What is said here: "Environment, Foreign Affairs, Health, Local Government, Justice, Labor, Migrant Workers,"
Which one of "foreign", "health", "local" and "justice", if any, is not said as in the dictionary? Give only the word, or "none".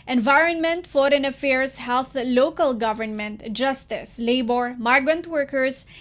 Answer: none